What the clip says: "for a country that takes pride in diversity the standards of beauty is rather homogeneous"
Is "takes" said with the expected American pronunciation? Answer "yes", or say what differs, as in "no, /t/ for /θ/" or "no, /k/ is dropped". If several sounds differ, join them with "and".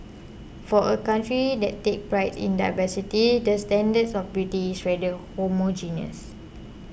no, /s/ is dropped